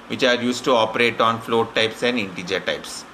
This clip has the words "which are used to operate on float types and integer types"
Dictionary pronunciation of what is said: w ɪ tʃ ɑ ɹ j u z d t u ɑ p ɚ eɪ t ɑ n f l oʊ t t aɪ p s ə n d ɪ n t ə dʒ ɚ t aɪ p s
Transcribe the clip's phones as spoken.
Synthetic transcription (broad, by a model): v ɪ tʃ ɑ ɹ j u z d t u ɑ p ɚ eɪ t ɑ n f l oʊ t t aɪ p s ə n d ɪ n t ə dʒ ɚ t aɪ p s